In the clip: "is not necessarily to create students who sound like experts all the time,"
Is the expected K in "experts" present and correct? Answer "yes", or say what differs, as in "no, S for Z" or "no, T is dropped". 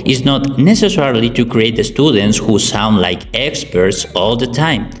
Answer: yes